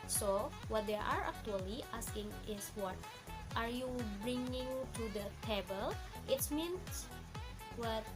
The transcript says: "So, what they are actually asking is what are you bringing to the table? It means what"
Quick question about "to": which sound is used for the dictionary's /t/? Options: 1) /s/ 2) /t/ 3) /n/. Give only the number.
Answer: 2